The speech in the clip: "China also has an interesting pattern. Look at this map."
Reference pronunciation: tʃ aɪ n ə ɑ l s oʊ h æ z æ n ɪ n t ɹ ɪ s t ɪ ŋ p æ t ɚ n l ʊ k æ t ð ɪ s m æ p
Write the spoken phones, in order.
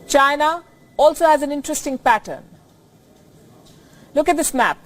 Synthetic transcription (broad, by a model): tʃ aɪ n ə ɑ l s oʊ h æ z æ n ɪ n t ɹ ɪ s t ɪ ŋ p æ t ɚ n l ʊ k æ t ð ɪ s m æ p